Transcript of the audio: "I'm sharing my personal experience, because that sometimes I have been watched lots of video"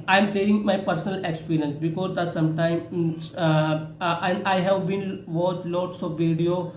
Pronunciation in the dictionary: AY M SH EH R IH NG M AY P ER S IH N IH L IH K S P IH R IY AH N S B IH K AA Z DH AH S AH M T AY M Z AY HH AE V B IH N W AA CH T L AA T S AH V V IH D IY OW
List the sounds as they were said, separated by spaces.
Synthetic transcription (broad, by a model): AY M S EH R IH NG M AY P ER S N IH L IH K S P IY R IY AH N S B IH K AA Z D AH S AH M T AY M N AY HH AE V B IH N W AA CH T L AA T S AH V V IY D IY OW